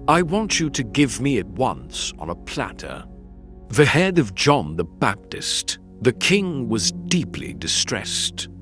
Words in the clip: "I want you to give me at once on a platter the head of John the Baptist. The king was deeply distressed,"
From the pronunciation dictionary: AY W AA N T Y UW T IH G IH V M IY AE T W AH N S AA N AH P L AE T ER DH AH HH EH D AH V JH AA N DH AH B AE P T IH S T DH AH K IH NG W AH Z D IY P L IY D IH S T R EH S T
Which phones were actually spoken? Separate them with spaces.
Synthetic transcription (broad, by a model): AY W AA N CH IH T IH G IH V M IY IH T W AH N S N AH P L AE T ER DH AH HH EH D AH V JH AA N DH AH B AE P T IH S T DH AH K IH NG W AH Z D IY P L IY D IH S T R EH S T